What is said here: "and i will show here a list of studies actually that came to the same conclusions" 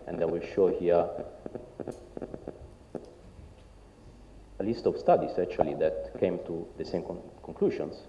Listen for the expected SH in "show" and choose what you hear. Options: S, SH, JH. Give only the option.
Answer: SH